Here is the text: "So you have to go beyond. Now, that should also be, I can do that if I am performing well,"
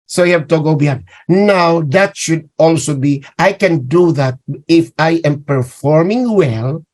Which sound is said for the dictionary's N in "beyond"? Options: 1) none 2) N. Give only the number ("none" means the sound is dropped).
1